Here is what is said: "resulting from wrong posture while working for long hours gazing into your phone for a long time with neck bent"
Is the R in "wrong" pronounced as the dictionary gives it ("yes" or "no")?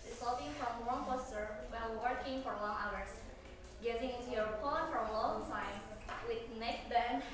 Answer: no